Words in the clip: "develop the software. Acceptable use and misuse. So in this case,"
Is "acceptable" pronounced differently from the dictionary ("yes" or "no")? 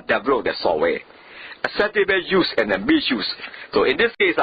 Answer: yes